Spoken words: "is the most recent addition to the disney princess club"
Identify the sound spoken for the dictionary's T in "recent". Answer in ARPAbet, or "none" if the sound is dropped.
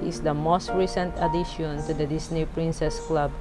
T